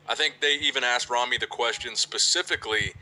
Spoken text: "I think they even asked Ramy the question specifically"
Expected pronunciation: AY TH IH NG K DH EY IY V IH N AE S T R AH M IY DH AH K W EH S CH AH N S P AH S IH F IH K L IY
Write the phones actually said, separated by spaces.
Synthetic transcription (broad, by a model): AY TH IH NG K DH EY IY V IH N AE S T R AH M IY DH AH K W EH S CH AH N S P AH S IH F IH K L IY